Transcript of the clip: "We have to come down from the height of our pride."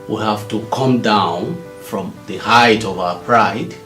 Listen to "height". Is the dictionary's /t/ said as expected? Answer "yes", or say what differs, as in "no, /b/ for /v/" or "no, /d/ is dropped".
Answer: yes